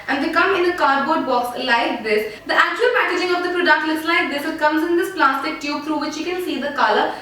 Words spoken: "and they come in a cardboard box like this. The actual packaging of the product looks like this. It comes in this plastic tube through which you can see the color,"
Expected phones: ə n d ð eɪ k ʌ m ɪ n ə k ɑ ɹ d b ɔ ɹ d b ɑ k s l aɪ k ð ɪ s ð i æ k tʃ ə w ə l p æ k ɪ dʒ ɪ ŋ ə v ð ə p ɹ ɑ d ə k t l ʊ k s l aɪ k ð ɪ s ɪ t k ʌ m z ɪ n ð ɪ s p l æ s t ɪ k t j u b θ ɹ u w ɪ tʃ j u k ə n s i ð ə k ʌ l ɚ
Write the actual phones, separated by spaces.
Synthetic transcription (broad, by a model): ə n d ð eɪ k ʌ m ɪ n ə k ɑ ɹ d b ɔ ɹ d b ɑ k s l aɪ k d ɪ s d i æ k tʃ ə ə l p æ k ɪ dʒ ɪ ŋ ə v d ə p ɹ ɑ d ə k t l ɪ s l aɪ k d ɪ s ɪ t k ʌ m z ɪ n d ɪ s p l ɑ s t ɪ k t j u b t ɹ u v ɪ tʃ j u k ə n s i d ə k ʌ l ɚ